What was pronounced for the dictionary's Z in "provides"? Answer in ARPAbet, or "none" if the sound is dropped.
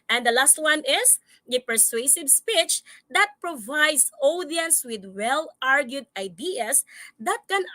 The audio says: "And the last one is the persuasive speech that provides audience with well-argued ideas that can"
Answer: S